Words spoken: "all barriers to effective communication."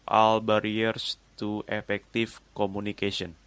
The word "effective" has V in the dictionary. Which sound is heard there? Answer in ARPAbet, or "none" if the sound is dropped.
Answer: F